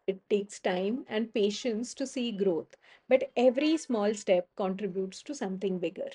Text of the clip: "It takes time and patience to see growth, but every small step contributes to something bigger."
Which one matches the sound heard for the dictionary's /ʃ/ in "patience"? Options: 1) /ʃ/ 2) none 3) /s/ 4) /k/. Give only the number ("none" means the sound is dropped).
1